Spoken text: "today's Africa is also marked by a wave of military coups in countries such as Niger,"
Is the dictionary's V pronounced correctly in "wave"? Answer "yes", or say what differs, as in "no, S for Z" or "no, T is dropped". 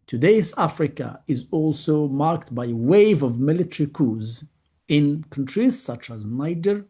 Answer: yes